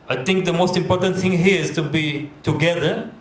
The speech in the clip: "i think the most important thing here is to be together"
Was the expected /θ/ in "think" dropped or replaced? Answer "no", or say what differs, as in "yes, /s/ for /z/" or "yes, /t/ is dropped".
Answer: yes, /t/ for /θ/